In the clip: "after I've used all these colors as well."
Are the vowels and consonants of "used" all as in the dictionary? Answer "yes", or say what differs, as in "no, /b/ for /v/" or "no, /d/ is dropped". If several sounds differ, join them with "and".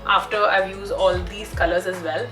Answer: no, /d/ is dropped